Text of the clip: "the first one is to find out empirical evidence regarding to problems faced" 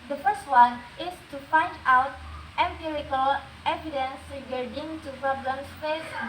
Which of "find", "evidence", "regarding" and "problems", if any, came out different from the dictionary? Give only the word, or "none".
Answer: problems